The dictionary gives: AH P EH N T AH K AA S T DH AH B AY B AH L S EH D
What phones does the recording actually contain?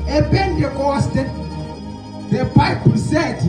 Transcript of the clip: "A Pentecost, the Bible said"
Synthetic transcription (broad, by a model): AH B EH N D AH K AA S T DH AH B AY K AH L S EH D